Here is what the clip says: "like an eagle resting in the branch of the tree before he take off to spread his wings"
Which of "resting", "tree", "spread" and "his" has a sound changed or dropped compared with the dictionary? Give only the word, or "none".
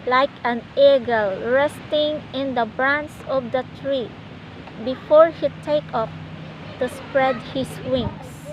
his